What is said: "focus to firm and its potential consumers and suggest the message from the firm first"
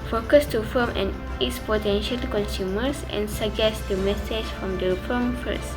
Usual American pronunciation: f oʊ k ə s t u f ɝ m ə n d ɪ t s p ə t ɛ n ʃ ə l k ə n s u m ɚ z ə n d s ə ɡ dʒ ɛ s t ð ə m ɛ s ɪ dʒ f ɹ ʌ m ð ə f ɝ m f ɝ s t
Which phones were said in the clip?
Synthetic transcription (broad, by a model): f oʊ k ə s t u f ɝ m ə n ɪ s p ə t ɛ n ʃ ə l k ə n s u m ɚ s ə n s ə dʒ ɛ s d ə m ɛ s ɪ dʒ f ɹ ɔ m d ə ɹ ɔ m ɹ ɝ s